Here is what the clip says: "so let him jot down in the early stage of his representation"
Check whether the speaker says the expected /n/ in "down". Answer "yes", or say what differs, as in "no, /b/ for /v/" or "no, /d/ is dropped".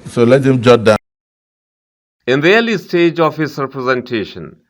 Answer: no, /n/ is dropped